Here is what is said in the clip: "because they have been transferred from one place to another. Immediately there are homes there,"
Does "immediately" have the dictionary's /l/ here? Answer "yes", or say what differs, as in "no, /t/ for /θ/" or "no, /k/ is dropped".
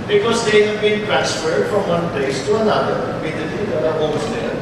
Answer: no, /l/ is dropped